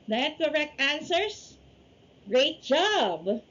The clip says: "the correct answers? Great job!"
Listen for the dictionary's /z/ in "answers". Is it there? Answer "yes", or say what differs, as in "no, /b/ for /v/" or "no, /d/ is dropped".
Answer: no, /s/ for /z/